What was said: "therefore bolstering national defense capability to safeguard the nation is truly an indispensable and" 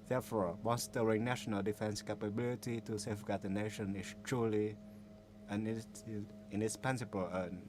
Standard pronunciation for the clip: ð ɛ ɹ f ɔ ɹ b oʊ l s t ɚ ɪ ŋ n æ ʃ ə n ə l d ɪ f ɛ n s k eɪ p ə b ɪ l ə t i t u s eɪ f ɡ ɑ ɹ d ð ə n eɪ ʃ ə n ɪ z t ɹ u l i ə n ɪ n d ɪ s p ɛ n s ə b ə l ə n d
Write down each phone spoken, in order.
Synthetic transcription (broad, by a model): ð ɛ f ɔ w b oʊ n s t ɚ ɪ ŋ n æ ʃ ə n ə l d ɪ f ɛ n s k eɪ p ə b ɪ l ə t i t u s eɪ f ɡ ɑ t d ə n eɪ ʃ ə n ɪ s t ɹ u l i ə n ɪ n d ɪ s p ɛ n s ə b ə l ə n